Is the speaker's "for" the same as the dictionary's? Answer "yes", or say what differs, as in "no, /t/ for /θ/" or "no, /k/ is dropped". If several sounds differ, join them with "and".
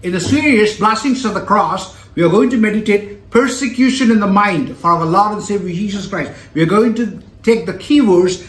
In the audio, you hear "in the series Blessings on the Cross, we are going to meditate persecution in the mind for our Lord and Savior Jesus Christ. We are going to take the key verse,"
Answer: yes